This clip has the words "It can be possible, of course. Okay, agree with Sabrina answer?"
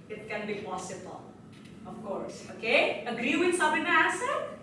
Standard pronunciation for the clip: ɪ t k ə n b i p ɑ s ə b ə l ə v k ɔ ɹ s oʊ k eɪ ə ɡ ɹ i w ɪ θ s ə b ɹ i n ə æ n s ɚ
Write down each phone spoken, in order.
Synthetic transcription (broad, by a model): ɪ t k ə n b i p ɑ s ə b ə l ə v k ɔ ɹ s oʊ k eɪ ə ɡ ɹ i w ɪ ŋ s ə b i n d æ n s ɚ